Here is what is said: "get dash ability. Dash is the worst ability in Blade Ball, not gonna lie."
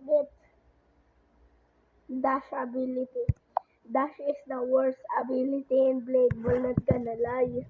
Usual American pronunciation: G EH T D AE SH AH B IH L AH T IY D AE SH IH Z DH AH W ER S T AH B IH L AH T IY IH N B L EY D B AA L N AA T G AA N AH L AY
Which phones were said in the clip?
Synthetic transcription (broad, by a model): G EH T D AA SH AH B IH L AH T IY D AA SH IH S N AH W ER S AH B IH L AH T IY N B L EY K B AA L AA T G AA N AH L AY